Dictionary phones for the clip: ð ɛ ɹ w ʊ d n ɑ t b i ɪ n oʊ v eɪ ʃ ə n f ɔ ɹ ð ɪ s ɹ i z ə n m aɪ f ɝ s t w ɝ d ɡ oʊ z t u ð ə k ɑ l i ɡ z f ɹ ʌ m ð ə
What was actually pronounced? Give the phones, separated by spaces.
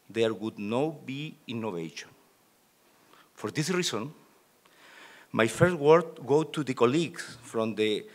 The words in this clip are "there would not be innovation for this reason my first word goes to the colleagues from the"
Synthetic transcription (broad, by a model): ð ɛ ɹ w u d n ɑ b i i n oʊ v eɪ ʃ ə n f ɔ ɹ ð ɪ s ɹ i s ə n m aɪ f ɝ s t w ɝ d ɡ oʊ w t u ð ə k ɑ l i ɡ s f ɹ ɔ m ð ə